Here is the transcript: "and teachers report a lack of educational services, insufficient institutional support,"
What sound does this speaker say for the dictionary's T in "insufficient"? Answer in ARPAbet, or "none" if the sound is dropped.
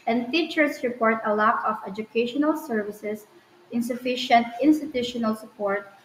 T